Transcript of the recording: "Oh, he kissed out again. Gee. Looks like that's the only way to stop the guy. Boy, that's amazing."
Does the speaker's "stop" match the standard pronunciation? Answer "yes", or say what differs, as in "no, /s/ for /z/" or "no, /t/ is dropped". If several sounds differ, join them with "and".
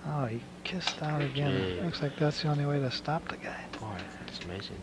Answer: yes